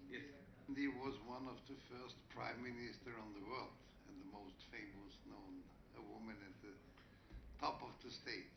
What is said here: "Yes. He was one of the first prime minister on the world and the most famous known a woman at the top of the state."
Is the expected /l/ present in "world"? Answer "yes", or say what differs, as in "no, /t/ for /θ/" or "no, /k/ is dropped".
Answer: yes